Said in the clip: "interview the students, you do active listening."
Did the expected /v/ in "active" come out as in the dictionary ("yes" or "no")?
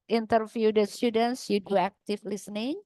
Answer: no